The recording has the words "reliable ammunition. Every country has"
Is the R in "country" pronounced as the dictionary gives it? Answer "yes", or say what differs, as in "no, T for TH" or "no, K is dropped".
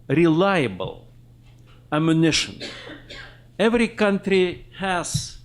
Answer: yes